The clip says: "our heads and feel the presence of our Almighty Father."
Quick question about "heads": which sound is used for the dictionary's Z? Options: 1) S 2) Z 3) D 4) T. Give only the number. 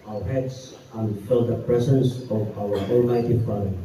1